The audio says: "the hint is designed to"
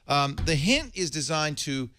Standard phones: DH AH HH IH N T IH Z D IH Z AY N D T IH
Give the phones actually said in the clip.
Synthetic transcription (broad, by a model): DH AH HH IH N T IH Z D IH Z AY N T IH